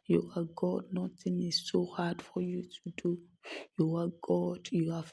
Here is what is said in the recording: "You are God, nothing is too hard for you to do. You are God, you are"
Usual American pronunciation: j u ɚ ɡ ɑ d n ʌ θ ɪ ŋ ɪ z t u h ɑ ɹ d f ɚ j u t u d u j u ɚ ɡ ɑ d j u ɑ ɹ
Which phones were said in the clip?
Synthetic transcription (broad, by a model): j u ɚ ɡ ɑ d n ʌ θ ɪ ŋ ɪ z s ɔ h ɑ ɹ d f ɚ j u t u d u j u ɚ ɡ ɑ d j u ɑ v